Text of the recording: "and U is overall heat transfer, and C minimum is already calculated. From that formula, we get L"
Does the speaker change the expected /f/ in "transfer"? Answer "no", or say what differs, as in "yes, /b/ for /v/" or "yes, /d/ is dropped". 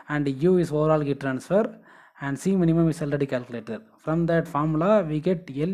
no